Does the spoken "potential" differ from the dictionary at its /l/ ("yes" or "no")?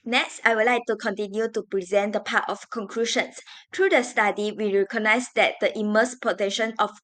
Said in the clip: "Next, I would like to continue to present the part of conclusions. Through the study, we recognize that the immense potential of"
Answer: yes